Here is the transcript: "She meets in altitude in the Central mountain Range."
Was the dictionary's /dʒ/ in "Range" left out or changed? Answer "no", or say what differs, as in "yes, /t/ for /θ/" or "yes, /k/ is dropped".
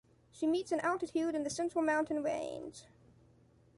yes, /z/ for /dʒ/